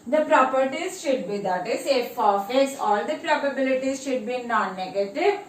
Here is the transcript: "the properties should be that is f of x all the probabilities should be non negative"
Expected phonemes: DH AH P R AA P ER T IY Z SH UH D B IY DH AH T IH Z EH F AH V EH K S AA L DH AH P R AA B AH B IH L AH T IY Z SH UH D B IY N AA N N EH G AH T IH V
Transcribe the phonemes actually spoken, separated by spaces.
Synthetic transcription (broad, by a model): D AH P R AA P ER T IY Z SH UH D B IY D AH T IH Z EH F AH F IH S AA L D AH P R AA B AH B IH L AH T IY Z SH UH D B IY N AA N N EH G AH T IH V